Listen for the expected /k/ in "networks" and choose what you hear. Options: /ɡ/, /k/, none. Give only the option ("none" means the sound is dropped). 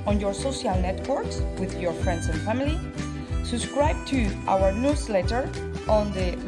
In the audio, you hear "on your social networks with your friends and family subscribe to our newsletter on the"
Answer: /k/